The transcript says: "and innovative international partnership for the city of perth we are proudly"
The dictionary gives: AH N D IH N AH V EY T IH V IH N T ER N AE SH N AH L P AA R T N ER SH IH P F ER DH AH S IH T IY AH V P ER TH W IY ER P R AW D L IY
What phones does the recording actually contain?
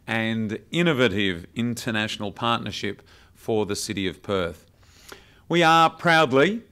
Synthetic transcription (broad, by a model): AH N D IH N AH V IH T IH V IH N T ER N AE SH N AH L P AA R T N ER SH IH P F ER DH AH S IH T IY AH V P ER TH W IY ER P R AW D L IY